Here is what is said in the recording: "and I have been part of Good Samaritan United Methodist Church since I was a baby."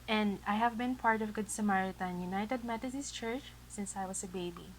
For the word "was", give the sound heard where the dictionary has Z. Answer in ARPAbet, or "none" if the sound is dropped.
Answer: S